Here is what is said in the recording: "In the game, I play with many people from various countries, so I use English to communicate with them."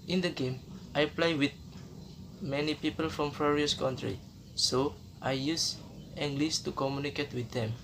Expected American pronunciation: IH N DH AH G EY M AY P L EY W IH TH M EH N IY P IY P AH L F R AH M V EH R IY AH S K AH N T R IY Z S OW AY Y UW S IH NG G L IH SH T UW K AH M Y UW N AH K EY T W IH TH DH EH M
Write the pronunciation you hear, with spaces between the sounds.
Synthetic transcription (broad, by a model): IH N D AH G EY M AY P L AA W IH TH M EH N IY P IY P AH L F R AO M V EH R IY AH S K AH N T R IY S OW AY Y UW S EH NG G L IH S T UW K AH M Y UW N AH K EY T W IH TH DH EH M